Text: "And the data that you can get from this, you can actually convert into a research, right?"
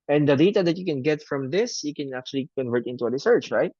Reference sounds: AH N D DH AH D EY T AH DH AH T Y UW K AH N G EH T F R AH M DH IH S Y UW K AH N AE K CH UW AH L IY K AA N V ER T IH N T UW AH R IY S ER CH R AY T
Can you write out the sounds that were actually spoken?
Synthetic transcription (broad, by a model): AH N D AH D EY T AH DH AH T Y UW K AH N G EH T F R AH M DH IH S Y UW K AH N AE K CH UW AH L IY K AA N V ER T IH N T UW AH R IY S ER CH R AY T